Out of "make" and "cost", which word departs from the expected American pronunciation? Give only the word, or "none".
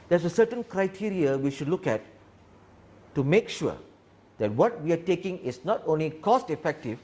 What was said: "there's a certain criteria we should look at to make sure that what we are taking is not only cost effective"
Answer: none